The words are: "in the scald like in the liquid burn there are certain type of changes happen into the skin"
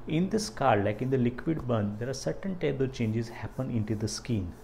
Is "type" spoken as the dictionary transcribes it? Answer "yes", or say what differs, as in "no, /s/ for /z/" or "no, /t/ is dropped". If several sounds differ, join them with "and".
no, /b/ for /p/